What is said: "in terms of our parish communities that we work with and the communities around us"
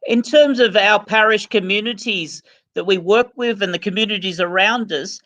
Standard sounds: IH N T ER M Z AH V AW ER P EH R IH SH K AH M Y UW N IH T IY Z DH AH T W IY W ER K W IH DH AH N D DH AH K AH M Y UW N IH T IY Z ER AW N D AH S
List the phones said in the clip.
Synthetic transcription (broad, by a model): IH N T ER M Z AH V AW ER P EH R IH SH K AH M Y UW N IH T IY Z DH AH T W IY W ER K W IH DH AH N DH AH K AH M Y UW N IH T IY Z ER AW N D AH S